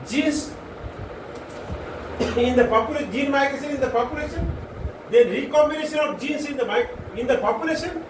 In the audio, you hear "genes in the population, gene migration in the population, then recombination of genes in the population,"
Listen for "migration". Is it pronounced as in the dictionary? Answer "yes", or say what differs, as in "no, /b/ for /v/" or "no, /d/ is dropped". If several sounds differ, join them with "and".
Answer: no, /s/ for /ʃ/